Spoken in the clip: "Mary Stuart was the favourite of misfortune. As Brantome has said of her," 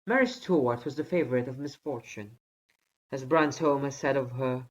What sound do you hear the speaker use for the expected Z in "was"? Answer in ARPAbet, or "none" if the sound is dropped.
Z